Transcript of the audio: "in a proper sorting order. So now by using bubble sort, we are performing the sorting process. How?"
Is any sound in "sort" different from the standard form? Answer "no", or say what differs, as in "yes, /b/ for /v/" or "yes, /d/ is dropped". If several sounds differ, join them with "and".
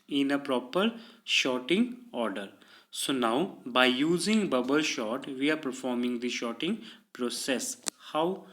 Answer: yes, /ʃ/ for /s/